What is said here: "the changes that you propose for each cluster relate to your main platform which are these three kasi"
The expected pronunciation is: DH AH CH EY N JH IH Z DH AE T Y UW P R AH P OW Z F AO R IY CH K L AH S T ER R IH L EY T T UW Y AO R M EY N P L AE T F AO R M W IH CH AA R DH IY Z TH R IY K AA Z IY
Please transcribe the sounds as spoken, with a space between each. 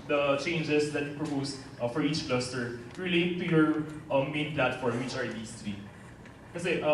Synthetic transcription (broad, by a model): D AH CH EY N JH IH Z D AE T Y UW P R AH P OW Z F AO R IY CH K L AH S T ER R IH L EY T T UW Y AO R M EY N P L AE T F AO R M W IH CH AA R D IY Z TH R IY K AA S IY